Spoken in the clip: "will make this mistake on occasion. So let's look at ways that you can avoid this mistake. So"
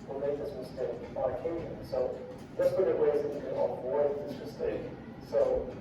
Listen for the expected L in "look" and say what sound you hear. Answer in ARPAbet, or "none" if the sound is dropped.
W